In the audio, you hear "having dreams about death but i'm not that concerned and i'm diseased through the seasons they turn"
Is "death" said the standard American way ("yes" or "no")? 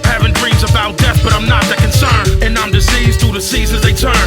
yes